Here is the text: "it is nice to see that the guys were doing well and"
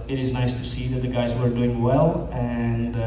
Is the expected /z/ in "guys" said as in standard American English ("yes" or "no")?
yes